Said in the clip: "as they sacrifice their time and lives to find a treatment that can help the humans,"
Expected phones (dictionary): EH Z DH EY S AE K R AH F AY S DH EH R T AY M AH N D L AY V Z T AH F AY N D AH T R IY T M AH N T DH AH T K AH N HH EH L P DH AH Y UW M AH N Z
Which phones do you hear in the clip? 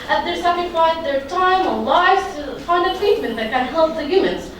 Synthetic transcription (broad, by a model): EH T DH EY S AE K AH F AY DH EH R T AY M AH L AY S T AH F AY N D AH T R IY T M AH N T DH AH T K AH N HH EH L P DH AH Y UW M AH N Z